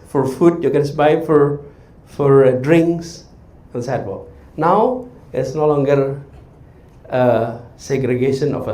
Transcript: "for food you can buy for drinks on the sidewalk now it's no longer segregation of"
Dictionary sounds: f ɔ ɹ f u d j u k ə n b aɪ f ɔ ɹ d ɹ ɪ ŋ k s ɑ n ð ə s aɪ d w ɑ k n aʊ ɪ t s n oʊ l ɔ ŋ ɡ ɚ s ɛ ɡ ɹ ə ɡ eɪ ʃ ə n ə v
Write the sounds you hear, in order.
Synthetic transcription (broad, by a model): f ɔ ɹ f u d j u k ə n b aɪ f ɔ ɹ d ɹ ɪ ŋ k s ɑ n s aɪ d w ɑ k n aʊ ɪ t s n oʊ l ɔ ŋ ɡ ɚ s ɛ ɡ ɹ ə ɡ eɪ ʃ ə n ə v